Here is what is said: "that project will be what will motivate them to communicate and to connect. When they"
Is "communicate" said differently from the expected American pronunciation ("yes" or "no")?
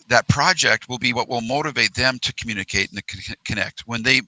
yes